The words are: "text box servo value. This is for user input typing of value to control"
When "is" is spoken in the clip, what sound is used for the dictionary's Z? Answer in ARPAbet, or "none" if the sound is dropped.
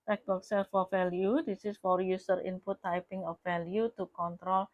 S